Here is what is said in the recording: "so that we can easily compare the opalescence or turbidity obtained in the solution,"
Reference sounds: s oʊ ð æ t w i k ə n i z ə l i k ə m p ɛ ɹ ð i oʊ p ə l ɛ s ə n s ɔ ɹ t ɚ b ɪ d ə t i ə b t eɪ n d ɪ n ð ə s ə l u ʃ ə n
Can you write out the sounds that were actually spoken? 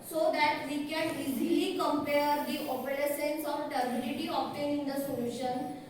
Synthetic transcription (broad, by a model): s oʊ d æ t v i k ə n i z ə l i k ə m p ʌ ɹ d i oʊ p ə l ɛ s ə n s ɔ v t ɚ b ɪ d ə t i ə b t eɪ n ɪ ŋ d ə s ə l u ʃ ə n